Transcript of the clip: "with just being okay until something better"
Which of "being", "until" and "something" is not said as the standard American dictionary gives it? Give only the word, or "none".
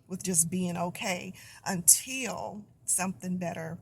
none